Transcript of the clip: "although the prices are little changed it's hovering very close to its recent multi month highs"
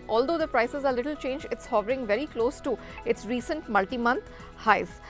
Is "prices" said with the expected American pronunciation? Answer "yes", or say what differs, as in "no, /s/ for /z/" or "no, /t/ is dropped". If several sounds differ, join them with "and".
yes